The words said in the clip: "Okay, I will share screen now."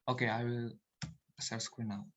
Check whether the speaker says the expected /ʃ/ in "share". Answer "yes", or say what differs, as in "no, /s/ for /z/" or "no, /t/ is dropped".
no, /s/ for /ʃ/